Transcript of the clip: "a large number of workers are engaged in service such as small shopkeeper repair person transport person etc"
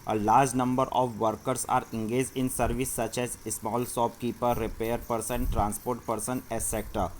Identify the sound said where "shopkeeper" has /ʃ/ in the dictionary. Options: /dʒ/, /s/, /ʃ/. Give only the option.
/s/